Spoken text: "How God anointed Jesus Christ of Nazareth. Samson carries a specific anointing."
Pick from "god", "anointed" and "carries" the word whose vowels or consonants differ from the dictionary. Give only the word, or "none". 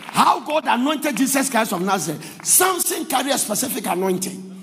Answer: carries